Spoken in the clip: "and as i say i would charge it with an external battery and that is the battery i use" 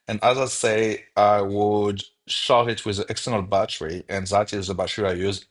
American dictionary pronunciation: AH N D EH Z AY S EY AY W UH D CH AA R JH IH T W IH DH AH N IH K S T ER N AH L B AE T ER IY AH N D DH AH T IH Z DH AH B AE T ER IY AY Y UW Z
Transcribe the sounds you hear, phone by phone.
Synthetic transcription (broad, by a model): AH N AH Z AY S EY AY W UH D SH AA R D IH T W IH DH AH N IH K S T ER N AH L B AE T ER IY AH N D DH AH T IH Z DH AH B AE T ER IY AY Y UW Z